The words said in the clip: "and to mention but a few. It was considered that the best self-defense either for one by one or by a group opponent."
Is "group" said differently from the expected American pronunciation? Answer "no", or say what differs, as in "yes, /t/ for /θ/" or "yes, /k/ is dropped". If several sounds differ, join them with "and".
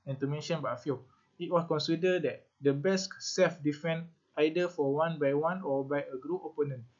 yes, /p/ is dropped